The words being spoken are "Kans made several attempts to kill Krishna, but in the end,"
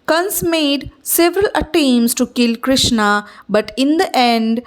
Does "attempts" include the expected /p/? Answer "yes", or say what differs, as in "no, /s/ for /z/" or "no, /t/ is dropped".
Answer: no, /p/ is dropped